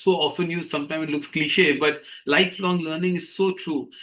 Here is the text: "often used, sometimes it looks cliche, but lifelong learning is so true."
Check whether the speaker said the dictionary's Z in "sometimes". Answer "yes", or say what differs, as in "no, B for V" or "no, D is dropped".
no, Z is dropped